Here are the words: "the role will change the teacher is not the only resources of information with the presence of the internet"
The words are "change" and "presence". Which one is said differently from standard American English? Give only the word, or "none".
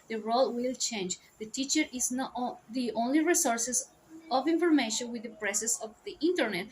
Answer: presence